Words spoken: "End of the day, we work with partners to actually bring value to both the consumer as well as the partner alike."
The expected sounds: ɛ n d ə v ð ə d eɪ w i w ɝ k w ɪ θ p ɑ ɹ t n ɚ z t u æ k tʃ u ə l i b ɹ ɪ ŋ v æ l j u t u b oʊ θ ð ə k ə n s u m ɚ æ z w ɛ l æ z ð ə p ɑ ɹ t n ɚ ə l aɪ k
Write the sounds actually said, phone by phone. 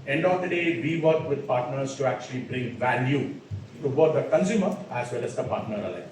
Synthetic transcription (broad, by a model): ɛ n d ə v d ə d eɪ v i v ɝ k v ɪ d p ɑ ɹ t n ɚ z t u æ k tʃ u ə l i b ɹ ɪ ŋ v æ l j u t u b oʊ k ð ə k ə n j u m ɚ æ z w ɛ l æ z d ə p ɑ ɹ t n ɚ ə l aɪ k